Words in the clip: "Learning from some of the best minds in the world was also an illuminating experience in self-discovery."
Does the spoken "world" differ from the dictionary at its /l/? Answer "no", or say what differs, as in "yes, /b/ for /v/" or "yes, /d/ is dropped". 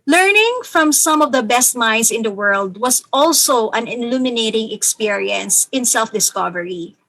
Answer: no